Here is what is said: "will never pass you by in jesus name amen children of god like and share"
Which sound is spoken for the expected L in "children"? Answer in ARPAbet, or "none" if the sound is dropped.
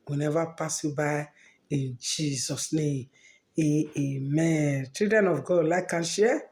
none